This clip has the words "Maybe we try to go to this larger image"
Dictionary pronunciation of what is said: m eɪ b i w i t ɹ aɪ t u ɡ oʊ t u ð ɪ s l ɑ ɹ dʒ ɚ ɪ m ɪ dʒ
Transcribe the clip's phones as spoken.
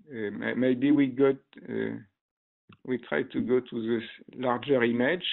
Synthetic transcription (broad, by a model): m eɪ b i w i t ɹ aɪ t u ɡ oʊ t u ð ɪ s l ɑ ɹ dʒ ɚ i m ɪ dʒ